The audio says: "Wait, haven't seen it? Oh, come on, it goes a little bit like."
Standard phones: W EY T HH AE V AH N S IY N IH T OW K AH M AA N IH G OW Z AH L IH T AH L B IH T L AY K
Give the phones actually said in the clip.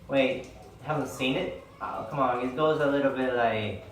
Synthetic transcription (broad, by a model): W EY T HH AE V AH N S IY N IH T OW K AH M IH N G OW Z AH L IH T L B IH T L AY K